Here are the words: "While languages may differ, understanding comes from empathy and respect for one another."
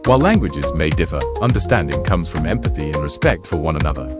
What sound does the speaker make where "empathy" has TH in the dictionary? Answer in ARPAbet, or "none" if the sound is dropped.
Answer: TH